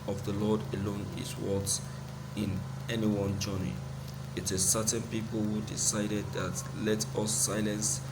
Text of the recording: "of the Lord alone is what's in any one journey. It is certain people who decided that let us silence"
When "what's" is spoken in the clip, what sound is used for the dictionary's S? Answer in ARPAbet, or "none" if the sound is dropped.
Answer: none